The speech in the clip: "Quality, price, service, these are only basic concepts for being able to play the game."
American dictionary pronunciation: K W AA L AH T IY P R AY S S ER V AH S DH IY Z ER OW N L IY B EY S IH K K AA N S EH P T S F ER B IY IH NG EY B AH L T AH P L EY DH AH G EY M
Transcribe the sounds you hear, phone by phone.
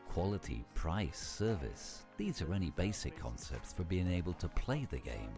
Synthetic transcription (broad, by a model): K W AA L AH T IY P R AY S S ER V AH S DH IY Z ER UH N IY B EY S IH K K AA N S EH P T S F ER B IY IH NG EY B AH L T AH P L EY DH AH G EY M